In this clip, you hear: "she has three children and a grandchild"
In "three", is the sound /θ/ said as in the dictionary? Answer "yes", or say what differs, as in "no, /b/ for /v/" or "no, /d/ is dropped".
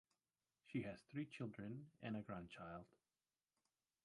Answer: yes